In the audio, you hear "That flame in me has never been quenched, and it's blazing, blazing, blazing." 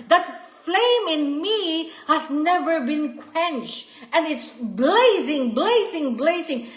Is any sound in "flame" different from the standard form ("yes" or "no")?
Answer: no